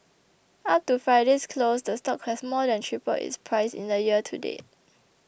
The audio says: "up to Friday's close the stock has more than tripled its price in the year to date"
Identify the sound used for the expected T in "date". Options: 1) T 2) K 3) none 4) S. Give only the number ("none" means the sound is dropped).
3